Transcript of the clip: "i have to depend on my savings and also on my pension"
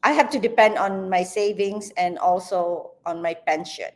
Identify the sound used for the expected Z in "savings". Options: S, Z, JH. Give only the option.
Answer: S